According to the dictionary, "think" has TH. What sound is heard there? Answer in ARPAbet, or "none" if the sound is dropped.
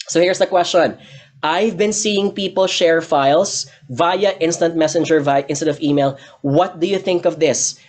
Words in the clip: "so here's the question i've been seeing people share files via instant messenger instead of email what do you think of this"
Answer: TH